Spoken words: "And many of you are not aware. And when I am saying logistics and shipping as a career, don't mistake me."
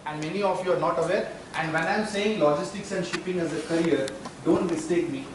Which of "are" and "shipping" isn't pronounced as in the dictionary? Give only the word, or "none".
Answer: none